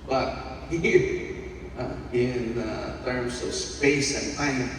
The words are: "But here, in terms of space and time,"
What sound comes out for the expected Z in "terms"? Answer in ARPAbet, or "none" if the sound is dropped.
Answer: S